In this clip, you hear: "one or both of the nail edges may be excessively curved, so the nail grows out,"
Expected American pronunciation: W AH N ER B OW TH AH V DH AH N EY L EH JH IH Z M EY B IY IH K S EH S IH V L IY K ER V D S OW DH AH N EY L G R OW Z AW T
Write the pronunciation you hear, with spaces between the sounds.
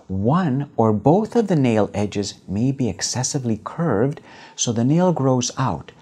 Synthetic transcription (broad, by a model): W AH N ER B OW TH AH V DH AH N EY L EH JH IH Z M EY B IY IH K S EH S IH V L IY K ER V D S OW DH AH N EY L G R OW Z AW T